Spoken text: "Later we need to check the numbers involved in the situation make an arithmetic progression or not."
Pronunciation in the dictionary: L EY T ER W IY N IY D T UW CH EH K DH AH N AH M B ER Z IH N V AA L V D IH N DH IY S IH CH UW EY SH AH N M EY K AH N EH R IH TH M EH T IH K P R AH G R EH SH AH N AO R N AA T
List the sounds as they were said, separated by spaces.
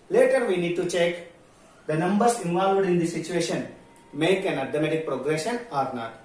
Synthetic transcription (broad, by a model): L EY T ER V IY N IY D T UW CH EH K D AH N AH M B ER S IH N V AA L V D IH N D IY S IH CH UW EY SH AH N M EY K AH N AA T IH M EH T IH K P R AH G R EH SH AH N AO R N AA T